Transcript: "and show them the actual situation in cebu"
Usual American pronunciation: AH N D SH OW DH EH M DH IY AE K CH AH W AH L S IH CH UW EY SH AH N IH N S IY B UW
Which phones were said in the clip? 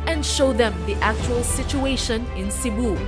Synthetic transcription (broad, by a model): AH N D SH OW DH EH M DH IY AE K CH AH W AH L S IH CH UW EY SH AH N IH N S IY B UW